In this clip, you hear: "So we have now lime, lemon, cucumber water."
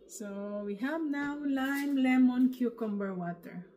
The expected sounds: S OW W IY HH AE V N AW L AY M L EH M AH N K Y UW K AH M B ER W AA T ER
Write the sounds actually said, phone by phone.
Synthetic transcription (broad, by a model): S OW W IY HH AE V N AW L AY M L EH M AH N K Y UW K AH M B ER W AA T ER